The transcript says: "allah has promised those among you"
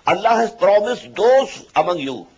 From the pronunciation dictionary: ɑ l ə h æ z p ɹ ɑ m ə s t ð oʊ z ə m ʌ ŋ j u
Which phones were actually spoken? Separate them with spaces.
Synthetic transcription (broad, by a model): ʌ l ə h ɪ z p ɹ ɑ m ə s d oʊ s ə m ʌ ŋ j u